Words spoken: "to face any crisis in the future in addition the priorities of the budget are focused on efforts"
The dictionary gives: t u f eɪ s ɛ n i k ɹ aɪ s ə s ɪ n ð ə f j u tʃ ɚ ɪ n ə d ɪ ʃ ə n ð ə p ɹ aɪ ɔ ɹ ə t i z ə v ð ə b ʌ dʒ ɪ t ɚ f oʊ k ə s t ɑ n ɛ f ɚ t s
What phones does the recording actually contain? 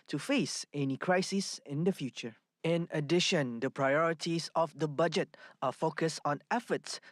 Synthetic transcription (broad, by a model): t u f eɪ s ɛ n i k ɹ aɪ s ə s ɪ n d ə f j u tʃ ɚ ɪ n ə d ɪ ʃ ə n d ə p ɹ aɪ ɔ ɹ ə t i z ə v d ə b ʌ dʒ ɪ t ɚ f oʊ k ə s t ɑ n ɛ f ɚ t s